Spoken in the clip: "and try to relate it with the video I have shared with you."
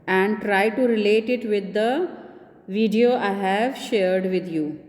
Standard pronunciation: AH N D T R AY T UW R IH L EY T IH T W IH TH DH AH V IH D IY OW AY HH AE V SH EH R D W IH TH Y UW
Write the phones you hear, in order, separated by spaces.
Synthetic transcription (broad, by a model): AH N D T R AY T UW R IH L EY T IH T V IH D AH V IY D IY OW AY HH AE V SH EH R D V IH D Y UW